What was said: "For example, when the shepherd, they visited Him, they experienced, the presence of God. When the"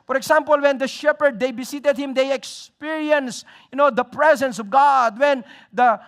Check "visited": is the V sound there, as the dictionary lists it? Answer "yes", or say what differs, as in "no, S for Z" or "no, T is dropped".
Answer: no, B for V